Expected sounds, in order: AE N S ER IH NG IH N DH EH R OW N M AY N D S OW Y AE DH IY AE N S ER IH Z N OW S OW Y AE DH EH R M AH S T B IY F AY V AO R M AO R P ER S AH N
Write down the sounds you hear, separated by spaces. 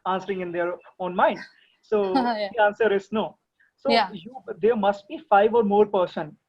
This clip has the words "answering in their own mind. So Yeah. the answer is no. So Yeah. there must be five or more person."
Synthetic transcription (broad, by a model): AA N S ER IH NG IH N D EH R OW N M AY N D S OW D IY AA N S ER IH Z N OW S OW Y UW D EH R M AH S T B IY F AY V AO R M AO R P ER S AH N